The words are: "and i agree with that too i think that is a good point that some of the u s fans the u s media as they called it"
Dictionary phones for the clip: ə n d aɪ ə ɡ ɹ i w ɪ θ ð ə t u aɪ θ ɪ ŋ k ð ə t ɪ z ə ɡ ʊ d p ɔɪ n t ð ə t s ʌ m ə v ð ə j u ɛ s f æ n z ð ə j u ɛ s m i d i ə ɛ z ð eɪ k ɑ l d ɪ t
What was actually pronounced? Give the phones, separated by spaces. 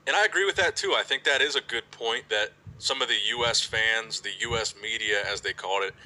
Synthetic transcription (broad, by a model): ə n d aɪ ə ɡ ɹ i w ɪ ð ə t u aɪ θ ɪ ŋ k ð ə t ɪ z ə ɡ ʊ d p ɔɪ n ð ə t s ʌ m ə v ð ə j u ɛ s f æ n z ð ə j u ɛ s m i d i ə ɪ z ð eɪ k ɑ l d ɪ t